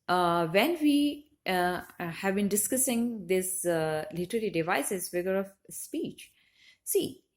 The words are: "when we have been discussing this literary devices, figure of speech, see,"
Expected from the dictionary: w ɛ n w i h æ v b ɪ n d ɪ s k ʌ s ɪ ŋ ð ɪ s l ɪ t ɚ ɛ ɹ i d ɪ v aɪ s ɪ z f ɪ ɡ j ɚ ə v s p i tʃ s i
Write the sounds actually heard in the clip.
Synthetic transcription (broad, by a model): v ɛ n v i h æ v b ɪ n d ɪ s k ʌ s ɪ ŋ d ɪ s l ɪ t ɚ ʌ l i d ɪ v aɪ s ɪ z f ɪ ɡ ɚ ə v s p i tʃ s i